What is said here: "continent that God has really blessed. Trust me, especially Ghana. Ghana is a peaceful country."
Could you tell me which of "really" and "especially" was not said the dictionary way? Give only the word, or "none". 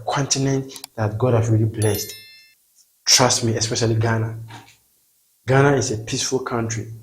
none